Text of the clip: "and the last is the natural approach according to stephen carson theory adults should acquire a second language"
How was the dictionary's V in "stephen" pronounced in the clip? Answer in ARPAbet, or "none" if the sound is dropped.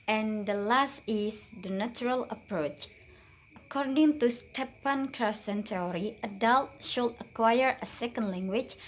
P